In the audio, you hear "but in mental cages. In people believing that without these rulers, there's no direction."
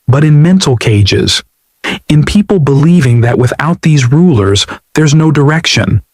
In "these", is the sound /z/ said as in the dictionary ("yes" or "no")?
yes